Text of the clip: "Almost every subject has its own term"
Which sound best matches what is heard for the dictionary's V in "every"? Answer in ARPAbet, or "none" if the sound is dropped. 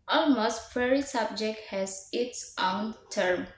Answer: none